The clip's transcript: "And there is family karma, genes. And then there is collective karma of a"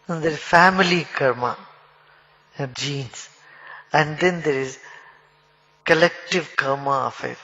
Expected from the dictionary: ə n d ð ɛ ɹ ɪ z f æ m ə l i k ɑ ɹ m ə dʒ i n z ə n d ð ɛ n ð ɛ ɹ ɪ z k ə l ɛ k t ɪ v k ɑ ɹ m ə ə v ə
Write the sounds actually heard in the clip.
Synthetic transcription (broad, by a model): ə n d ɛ ɹ ɪ z f æ m ə l i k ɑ ɹ m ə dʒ i n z ə n d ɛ n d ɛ ɹ ɪ z k ə l ɛ k t ɪ v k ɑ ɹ m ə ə f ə